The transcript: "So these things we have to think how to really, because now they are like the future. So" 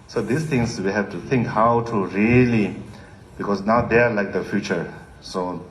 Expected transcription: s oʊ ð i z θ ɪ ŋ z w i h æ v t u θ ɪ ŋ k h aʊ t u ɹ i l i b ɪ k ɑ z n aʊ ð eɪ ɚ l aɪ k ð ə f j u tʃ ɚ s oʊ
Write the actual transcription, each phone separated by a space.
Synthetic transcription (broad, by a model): s oʊ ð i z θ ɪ ŋ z w i h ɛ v t u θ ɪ ŋ k h aʊ t u ɹ i l i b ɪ k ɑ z n aʊ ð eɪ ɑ l aɪ k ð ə f j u tʃ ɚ s oʊ